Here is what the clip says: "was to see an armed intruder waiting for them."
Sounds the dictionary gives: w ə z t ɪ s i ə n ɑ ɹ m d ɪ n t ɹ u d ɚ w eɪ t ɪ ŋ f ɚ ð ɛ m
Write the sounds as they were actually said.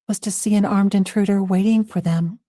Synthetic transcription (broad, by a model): w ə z t ɪ s i ə n ɑ ɹ m d ɪ n t ɹ u d ɚ w eɪ t ɪ ŋ f ɚ ð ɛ m